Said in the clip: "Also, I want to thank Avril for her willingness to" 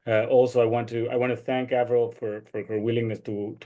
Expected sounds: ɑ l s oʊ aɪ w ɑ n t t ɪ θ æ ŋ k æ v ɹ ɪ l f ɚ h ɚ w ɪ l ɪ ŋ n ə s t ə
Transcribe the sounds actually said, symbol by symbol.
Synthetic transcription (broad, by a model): ɑ l s oʊ aɪ w ɑ n t t ɪ θ æ ŋ k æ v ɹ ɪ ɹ f ɚ h ɚ w ɪ l ɪ ŋ n ə s t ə